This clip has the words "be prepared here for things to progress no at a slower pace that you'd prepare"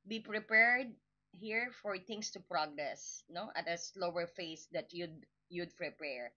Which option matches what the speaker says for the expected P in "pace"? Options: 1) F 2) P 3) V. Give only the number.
1